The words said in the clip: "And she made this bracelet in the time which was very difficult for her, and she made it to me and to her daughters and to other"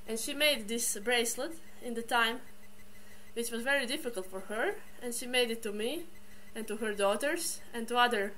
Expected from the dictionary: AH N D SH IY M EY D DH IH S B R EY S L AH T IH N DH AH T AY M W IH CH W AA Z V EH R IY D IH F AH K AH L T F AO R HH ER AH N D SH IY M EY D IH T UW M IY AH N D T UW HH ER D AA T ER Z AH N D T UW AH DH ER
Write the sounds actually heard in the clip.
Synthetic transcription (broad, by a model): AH N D SH IY M EY D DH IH S B R EY S L AH T IH N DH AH T AY M W IH CH W AA Z V EH R IY D IH F AH K AH L T F AO R HH ER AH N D SH IY M EY D IH T UW M IY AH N T UW HH ER D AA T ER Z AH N T UW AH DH ER